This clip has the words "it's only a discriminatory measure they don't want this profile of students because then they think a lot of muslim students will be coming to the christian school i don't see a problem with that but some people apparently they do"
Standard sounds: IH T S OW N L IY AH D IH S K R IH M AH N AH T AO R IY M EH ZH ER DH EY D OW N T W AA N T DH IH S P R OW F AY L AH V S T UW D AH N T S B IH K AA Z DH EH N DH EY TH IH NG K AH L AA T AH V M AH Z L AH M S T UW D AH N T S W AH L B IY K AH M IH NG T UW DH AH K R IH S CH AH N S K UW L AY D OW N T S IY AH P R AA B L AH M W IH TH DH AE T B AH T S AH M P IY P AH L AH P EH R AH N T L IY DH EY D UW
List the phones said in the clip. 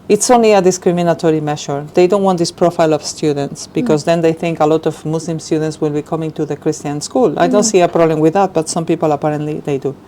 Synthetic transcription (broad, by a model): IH T S OW N L IY AH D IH S K R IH M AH N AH T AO R IY M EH SH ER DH EY D OW N T W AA N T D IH S P R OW F AY L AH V S T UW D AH N T S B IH K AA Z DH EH N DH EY TH IH NG K AH L AA T AH V M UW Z L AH M S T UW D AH N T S W AH L B IY K AH M IH NG T UW DH AH K R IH S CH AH N S K UW L AY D OW N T S IY AH P R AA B L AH M W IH DH AE T B AH T S AH M P IY P AH L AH P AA R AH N T L IY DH EY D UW